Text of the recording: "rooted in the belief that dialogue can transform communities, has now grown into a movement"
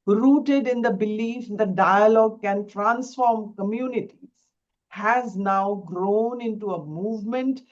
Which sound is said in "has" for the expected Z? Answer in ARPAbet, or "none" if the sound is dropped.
Z